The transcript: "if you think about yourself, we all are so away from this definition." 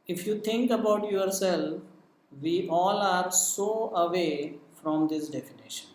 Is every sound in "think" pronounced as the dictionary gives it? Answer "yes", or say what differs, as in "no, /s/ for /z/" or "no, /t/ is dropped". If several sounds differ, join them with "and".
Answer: no, /t/ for /θ/